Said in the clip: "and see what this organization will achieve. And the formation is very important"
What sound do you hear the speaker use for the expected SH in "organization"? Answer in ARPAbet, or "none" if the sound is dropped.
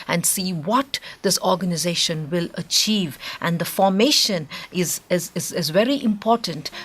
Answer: SH